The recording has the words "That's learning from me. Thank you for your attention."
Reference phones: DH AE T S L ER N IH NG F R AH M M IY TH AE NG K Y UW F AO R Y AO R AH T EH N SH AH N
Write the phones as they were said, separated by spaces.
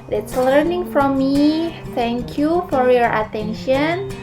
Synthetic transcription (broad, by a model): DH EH T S L ER N IH NG F R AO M M IY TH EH NG K Y UW F AO R Y AO R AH T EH N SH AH N